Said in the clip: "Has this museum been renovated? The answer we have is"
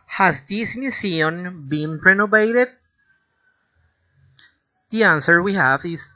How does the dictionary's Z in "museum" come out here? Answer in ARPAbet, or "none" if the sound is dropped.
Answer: S